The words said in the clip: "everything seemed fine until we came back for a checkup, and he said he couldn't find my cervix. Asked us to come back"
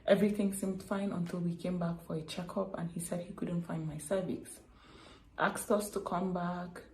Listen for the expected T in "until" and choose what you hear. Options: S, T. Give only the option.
T